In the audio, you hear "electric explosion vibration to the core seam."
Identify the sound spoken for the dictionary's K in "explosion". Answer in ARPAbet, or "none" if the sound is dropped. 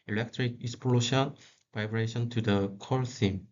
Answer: none